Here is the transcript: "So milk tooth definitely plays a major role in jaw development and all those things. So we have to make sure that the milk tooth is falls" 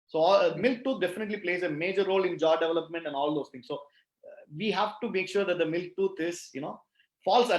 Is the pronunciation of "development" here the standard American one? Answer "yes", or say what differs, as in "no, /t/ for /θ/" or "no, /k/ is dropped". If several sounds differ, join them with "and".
yes